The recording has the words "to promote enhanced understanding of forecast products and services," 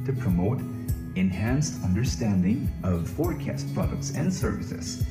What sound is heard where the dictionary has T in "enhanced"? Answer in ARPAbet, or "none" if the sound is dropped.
T